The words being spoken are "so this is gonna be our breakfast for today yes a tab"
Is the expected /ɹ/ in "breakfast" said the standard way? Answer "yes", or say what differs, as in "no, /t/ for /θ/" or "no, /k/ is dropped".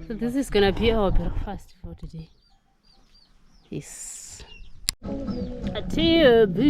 no, /ɹ/ is dropped